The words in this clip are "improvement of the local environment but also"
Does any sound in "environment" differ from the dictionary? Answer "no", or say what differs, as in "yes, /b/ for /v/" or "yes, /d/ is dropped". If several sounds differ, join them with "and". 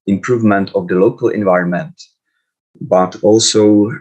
no